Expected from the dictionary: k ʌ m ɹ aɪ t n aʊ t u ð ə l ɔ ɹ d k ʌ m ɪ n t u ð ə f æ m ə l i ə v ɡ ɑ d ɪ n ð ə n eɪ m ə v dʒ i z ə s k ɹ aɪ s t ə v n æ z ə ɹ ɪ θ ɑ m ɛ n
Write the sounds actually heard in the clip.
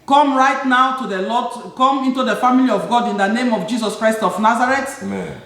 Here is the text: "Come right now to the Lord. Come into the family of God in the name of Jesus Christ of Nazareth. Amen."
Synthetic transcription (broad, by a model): k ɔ m ɹ aɪ t n aʊ t u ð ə l ɔ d k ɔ m ɪ n t u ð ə f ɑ m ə l i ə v ɡ ɑ d ɪ n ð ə n eɪ m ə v dʒ i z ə s k ɹ aɪ s t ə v n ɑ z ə ɹ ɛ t